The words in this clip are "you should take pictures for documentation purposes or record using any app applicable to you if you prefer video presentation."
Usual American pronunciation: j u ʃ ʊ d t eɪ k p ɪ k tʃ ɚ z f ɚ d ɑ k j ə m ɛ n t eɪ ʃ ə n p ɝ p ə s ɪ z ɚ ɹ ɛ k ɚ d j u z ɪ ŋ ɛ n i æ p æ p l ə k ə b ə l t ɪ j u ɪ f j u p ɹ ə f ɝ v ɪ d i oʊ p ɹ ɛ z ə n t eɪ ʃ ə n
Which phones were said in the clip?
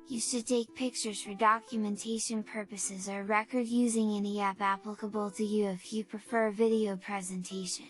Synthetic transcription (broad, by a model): j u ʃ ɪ d t eɪ k p ɪ k tʃ ɚ z f ɚ d ɑ k j ə m ɛ n t eɪ ʃ ə n p ɝ p ə s ɪ z ɚ ɹ ɛ k ɚ d j u z ɪ ŋ ɛ n i æ p æ p l ə k ə b ə l t ɪ j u ɪ f j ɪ p ɹ ə f ɝ v ɪ d i oʊ p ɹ ɛ z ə n t eɪ ʃ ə n